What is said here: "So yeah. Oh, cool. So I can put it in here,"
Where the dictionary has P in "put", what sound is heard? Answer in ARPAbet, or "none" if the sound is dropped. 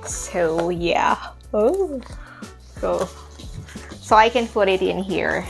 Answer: F